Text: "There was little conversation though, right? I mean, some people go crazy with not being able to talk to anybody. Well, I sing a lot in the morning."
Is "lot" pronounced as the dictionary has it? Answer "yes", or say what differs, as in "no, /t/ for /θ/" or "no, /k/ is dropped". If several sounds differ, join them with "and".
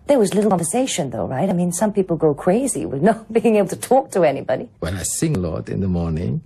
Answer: yes